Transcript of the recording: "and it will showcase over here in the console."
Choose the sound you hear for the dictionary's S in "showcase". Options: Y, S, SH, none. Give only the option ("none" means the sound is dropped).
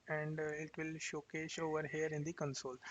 SH